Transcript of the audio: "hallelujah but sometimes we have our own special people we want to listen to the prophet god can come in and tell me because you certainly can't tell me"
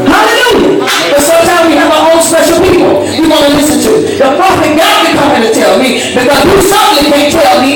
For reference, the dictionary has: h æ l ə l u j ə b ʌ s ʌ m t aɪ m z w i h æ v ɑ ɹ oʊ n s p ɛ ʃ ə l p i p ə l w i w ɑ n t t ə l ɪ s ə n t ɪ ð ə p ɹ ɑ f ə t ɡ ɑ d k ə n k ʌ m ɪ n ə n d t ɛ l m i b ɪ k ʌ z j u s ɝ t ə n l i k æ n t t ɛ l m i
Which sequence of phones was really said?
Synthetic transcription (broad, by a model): h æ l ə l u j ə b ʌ s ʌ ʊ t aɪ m w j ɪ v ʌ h oʊ l s p ɛ ʃ l p i p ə l w i w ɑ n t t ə l ɪ s ə n t ɪ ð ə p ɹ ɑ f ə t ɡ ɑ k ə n k ʌ m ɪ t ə t ɛ l m i b ɪ k ʌ z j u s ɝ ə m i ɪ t t ɛ l m i